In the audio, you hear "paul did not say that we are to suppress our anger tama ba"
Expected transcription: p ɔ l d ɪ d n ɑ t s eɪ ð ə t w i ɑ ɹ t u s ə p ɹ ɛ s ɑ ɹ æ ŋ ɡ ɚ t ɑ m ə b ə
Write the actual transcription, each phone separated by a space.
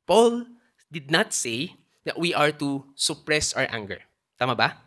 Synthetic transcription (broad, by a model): p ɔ l d ɪ d n ɑ t s eɪ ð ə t w i ɑ ɹ t u s ə p ɹ ɛ s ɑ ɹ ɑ ŋ ɡ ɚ t ɑ m ə b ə